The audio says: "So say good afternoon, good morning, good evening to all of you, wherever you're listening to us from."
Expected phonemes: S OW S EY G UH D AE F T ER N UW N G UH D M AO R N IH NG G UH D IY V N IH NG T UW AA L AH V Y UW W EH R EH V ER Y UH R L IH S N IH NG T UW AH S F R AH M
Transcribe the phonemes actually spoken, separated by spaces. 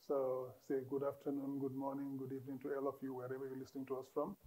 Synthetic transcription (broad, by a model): S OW S EY G UH D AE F T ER N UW N G UH D M AO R N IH NG G UH D IY V N IH NG T UW AA L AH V Y UW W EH R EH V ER Y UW L IH S N IH NG T UW AH S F R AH M